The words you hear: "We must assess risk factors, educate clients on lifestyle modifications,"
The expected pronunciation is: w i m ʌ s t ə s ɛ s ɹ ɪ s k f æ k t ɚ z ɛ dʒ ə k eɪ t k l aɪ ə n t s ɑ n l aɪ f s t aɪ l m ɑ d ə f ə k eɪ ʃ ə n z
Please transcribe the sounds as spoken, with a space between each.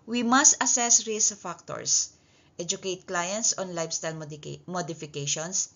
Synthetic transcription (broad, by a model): w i m ʌ s t ə s ɛ s ɹ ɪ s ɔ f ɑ k t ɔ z ɛ dʒ ə k eɪ t k l aɪ ə n t s ɑ n l aɪ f s t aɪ l m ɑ d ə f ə k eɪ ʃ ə n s